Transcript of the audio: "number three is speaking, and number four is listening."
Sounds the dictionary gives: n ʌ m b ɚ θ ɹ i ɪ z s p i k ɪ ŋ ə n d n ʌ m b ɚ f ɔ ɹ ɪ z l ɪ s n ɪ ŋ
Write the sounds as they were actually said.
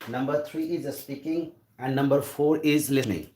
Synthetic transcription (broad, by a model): n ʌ m b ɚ t ɹ i ɪ z s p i k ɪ ŋ ə n d n ʌ m b ɚ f ɔ ɹ ɪ z l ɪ s n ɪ ŋ